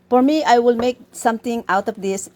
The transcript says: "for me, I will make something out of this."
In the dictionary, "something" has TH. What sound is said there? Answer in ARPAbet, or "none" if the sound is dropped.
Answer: T